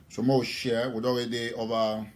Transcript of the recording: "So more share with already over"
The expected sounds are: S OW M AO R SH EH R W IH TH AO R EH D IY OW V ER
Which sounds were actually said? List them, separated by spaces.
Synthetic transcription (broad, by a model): S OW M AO W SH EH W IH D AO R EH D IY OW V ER